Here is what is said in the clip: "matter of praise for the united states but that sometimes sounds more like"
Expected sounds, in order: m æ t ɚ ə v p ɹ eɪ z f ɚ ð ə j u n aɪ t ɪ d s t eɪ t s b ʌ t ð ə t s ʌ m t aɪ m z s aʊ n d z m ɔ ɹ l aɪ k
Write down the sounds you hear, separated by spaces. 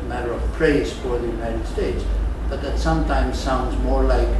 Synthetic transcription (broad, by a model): m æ t ɚ ə v p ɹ eɪ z f ɚ ð ə j u n aɪ t ɪ d s t eɪ t s b ʌ t ð ə t s ʌ m t aɪ m z s aʊ n d z m ɔ ɹ l aɪ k